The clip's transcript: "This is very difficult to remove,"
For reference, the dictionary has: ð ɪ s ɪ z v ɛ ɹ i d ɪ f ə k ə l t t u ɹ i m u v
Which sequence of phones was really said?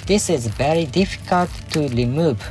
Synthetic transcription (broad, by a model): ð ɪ s ɪ z v ɛ ɹ i d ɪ f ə k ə l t t u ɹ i m u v